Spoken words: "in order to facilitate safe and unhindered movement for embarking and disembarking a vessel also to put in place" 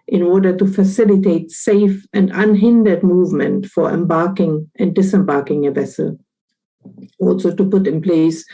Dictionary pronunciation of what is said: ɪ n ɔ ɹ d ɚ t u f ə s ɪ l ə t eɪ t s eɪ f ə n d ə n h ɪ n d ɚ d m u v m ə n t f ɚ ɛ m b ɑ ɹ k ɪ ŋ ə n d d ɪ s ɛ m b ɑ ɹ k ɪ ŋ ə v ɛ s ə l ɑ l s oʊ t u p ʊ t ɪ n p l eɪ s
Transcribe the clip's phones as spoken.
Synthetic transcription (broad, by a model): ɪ n ɔ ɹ d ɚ t u f ə s ɪ l ə t eɪ t s eɪ f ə n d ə n h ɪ n d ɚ d m u v m ə n t f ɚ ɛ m b ɑ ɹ k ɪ ŋ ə n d d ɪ s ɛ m b ɑ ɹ k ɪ ŋ ə v ɛ s ə l ɑ l s oʊ t u p ʊ t ɪ n p l eɪ s